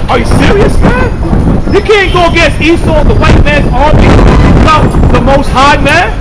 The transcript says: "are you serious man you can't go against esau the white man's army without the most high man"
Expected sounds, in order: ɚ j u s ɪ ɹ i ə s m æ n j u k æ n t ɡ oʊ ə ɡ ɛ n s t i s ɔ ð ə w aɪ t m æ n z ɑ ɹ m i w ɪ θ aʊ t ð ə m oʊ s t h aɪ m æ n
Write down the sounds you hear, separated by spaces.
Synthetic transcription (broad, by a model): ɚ j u s ɪ ɹ i ə s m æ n j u k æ n ɡ oʊ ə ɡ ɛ s i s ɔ ð ə w aɪ t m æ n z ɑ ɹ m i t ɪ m ð ə m oʊ s t h aɪ m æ n